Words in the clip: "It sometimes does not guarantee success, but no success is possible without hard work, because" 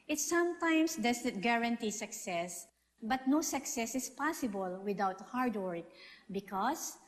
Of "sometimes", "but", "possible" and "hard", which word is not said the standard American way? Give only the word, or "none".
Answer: sometimes